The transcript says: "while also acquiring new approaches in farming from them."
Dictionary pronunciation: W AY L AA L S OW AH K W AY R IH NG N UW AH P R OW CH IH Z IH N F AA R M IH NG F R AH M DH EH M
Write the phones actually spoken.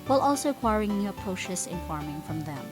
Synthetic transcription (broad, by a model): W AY L AA L S OW AH K W AY R IH NG N UW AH P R OW SH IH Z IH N F AA R M IH NG F R AH M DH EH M